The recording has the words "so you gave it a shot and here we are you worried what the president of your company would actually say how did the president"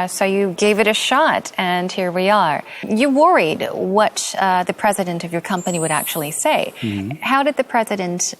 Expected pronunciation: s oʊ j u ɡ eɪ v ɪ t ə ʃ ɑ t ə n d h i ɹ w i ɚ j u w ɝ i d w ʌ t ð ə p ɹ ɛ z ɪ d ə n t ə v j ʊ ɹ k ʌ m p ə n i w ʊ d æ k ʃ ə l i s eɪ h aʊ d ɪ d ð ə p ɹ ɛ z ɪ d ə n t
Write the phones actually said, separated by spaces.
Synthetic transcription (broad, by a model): s oʊ j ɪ ɡ eɪ v ɪ t ə ʃ ɑ t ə n h i ɹ w i ɚ j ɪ w ɝ i d w ʌ t ð ə p ɹ ɛ z ɪ d ə n t ə v j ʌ ɹ k ʌ m p ə n i w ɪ d æ k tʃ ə l i s eɪ h aʊ d ɪ d ð ə p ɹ ɛ z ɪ d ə n t